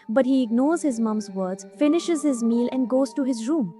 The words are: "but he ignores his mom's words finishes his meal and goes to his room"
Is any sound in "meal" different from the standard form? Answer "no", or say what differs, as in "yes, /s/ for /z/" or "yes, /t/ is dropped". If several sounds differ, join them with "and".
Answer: no